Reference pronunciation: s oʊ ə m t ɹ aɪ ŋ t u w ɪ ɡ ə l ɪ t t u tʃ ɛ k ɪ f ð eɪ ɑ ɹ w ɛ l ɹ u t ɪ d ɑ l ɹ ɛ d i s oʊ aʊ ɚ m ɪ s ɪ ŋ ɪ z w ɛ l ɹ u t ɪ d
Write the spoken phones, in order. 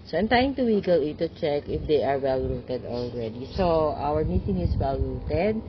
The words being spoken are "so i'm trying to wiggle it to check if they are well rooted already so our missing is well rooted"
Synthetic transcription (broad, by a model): s oʊ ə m t aɪ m t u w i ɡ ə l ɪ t t u tʃ ɛ k ɪ f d eɪ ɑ ɹ w ɛ l ɹ u t ɪ d ɑ l ɹ ɛ d i s oʊ aʊ ɚ m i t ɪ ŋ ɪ s w ɛ l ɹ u t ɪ d